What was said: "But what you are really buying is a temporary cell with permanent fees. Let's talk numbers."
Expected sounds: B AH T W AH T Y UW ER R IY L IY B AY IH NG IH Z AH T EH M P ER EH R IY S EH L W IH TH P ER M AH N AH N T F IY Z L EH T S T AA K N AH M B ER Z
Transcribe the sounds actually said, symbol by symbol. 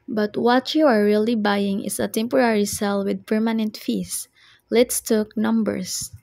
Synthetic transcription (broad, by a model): B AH T W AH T Y UW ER R IY L IY B AY IH NG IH S AH T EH M P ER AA R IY S EH L W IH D P ER M AH N AH N T F IY S L EH T S T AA K N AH M B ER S